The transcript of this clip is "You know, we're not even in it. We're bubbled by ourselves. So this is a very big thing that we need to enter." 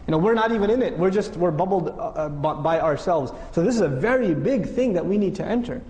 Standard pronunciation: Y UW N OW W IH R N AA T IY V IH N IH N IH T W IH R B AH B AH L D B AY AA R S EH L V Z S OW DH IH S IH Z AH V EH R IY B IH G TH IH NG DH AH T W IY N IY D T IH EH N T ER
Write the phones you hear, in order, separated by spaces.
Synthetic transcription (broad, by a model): Y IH N OW W IH R N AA T IY V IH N IH N IH T W IH R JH AH B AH L D B AY AA R S EH L V Z S OW DH IH S IH Z AH V EH R IY B IH G TH IH NG DH AH T W IY N IY D T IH EH N T ER